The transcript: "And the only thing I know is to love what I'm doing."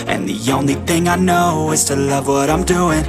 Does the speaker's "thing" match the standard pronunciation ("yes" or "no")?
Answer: yes